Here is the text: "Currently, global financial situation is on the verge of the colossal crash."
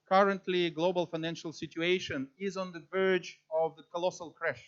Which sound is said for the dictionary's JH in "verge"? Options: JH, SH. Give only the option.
JH